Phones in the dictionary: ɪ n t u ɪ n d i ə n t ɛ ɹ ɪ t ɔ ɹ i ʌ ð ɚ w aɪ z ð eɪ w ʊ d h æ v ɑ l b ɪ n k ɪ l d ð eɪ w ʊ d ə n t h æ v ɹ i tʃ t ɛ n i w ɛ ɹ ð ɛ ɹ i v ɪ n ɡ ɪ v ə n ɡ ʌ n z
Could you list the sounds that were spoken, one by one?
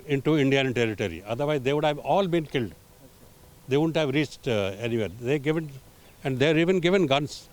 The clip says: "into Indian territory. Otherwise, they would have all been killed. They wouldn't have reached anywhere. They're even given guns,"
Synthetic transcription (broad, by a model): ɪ n t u ɪ n d i ə n t ɛ ɹ ɪ t ɔ ɹ i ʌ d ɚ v aɪ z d eɪ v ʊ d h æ v ɑ l b ɪ n k ɪ l d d eɪ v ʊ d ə n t h æ v ɹ i tʃ t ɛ n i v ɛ ɹ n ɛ ɹ i v ɪ n ɡ ɪ v ə n ɡ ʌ n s